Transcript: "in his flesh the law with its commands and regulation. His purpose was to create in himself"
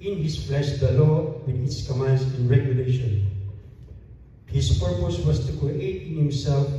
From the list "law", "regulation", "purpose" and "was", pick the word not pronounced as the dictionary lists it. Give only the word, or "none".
was